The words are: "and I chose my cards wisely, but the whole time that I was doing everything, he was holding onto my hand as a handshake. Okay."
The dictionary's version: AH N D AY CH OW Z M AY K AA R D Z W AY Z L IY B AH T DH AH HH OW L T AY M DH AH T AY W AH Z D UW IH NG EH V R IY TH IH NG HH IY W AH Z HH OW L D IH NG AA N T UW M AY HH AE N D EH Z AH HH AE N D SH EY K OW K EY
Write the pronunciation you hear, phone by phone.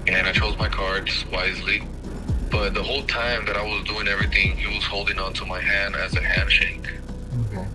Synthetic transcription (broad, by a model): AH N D AY CH OW Z M AY K AA R D Z W AY Z L IY B AH T DH AH HH OW L T AY M DH AH T AY W AH Z D UW IH NG EH V R IY TH IH NG HH IY W AH Z HH OW L D IH NG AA N T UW M AY HH AE N D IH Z AH HH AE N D SH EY IH K